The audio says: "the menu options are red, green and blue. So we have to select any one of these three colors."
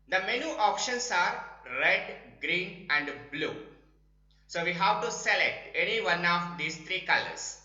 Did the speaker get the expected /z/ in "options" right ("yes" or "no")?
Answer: no